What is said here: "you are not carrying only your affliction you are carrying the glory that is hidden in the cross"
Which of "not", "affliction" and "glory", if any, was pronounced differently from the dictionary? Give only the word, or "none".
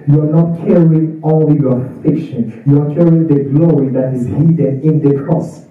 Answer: affliction